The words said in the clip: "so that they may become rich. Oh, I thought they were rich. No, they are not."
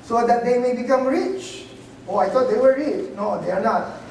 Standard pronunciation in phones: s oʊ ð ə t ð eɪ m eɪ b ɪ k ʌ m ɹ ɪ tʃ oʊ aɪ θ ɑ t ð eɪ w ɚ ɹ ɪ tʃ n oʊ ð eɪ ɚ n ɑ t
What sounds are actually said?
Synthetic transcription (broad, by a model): s oʊ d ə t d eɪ m eɪ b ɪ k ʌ m ɹ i tʃ oʊ aɪ t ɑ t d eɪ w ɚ ɹ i tʃ n oʊ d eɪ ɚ n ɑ t